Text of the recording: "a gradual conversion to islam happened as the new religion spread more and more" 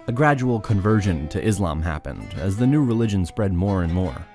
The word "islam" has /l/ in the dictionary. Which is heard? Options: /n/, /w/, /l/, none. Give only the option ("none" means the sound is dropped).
/l/